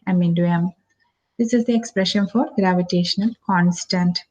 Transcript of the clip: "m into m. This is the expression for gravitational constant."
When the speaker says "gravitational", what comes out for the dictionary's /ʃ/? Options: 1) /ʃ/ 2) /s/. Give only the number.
1